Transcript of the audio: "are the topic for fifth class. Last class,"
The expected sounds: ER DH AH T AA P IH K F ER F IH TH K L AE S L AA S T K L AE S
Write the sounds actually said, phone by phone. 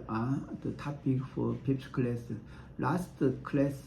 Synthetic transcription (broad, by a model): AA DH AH T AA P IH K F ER P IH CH K L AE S L AA S T K L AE S